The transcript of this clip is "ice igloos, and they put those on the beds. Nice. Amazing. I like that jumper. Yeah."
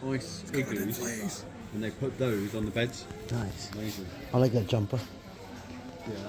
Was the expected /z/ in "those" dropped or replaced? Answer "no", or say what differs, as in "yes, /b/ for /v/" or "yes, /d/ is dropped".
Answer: no